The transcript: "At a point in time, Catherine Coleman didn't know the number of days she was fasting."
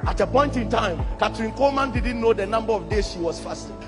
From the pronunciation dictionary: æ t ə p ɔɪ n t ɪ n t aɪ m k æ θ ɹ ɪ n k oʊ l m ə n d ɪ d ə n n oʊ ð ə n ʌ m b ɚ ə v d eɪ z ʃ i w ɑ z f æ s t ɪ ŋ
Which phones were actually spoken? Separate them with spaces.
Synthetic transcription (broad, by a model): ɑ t ə p ɔɪ n t ɪ n t aɪ m k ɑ t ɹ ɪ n k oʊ m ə n d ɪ d n n oʊ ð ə n ʌ m b ɚ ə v d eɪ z ʃ i w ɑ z f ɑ s t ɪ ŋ